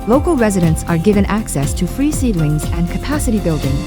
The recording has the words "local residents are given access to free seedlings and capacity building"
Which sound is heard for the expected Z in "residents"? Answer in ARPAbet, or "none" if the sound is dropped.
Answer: Z